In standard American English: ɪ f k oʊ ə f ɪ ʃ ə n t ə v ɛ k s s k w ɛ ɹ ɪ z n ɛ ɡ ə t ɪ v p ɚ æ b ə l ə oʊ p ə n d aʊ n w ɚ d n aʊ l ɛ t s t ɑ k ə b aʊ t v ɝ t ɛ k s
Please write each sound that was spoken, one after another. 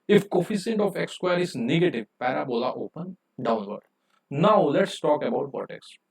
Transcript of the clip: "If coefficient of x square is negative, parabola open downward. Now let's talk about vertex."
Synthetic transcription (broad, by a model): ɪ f k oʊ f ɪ s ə n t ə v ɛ k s s k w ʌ ɹ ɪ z n ɛ ɡ ə t ɪ v p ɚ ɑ b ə l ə oʊ p ə n d aʊ n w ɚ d n aʊ l ɛ t s t ɑ k ə b aʊ t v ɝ t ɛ k s